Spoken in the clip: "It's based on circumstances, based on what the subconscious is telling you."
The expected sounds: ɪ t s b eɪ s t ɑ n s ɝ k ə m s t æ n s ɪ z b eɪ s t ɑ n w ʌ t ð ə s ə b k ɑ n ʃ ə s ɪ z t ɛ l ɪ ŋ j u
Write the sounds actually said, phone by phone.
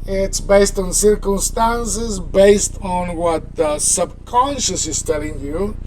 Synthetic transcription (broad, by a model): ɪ t s b eɪ s t ɑ n s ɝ k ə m s t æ n s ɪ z b eɪ s t ɑ n w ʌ t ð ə s ə b k ɑ n ʃ ə s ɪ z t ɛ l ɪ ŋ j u